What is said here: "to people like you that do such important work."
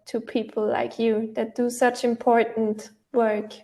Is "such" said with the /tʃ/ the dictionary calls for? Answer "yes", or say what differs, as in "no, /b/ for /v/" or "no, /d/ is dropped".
yes